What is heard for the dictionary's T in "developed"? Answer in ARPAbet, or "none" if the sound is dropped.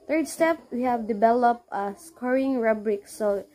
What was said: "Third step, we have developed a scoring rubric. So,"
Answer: none